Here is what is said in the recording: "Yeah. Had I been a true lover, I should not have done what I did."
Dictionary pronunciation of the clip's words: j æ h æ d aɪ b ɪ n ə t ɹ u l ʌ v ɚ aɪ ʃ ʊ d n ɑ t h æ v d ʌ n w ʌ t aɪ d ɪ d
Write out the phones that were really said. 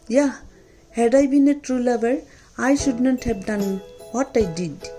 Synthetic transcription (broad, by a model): j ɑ h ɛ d aɪ b ɪ n ə t ɹ u l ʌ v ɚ aɪ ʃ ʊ d n ɑ t h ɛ p d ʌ n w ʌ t aɪ d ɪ d